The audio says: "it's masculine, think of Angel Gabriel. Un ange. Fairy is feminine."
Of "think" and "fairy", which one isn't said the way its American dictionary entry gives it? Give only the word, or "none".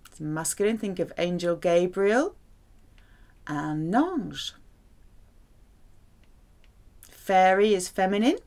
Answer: none